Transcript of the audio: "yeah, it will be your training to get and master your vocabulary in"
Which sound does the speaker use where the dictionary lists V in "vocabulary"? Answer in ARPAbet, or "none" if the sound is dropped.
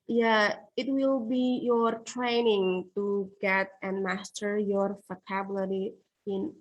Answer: F